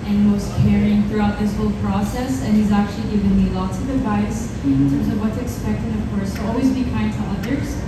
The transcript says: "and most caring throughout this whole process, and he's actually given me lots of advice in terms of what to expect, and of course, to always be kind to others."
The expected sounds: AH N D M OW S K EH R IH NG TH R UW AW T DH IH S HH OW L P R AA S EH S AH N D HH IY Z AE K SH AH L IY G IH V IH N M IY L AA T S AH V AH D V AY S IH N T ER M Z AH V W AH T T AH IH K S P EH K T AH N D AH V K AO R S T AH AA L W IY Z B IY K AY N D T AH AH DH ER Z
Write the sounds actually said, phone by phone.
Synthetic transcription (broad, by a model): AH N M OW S K EH R IH NG TH R UW AW T DH IH S HH OW L P R AA S EH S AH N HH IY Z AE K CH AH L IY G IH V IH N M IY L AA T AH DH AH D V AY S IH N T ER M Z AH V W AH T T IH K S P EH K T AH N AH V K AO R S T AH AA L W IY Z B IY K AY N T AH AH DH ER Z